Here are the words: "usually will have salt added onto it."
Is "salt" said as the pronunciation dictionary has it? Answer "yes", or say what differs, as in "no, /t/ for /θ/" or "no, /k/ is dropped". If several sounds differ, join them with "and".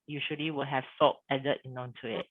no, /l/ is dropped